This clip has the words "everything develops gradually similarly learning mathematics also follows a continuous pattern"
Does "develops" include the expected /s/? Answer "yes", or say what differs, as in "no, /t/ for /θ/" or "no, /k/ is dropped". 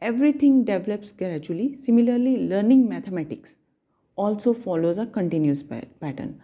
yes